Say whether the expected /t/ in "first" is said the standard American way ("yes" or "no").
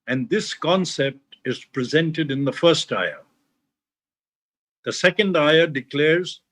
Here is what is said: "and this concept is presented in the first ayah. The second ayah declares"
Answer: yes